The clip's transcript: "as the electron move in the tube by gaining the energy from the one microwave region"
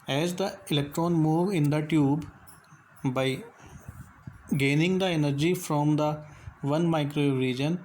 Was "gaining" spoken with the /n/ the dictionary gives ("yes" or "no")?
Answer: yes